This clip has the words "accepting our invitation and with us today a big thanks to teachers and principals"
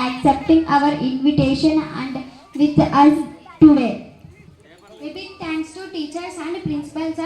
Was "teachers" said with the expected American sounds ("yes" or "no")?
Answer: no